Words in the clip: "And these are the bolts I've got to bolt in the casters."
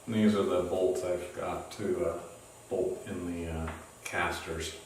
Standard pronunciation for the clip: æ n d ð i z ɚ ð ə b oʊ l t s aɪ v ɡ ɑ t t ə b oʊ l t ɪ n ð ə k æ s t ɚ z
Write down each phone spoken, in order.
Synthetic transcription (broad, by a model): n ð i z ɚ ð ə b oʊ l t s aɪ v ɡ ɑ t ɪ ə b oʊ l t ɪ n ð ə k æ s t ɚ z